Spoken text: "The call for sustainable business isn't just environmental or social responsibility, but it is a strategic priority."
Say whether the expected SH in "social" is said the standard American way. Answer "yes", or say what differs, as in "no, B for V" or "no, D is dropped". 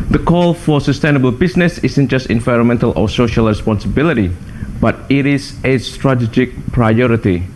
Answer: yes